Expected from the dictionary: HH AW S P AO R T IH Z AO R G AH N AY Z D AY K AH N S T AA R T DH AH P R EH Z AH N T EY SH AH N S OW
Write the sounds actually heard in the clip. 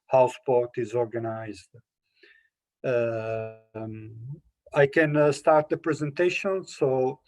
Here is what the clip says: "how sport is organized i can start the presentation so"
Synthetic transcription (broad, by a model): HH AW S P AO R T IH Z AO R G AH N AY Z D AY K AH N S T AA R T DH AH P R EH Z AH N T EY SH AH N S OW